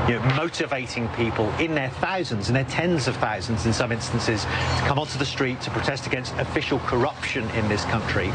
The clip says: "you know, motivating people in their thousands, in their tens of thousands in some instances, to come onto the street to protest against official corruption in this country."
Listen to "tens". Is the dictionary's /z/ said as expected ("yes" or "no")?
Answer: yes